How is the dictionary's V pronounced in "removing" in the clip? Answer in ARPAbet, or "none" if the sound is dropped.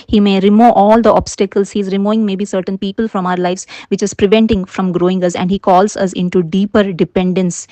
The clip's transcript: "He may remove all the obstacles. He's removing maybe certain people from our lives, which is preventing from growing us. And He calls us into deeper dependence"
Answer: none